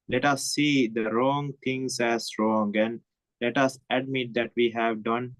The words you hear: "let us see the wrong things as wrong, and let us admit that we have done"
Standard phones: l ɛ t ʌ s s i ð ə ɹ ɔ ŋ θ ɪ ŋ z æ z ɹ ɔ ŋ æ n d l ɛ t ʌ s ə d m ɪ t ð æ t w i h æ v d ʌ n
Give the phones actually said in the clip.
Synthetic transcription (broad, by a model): l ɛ t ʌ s s i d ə ɹ ɔ ŋ t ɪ ŋ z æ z ɹ ɔ ŋ æ n d l ɛ t ʌ s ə d m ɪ t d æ t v i h æ v d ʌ n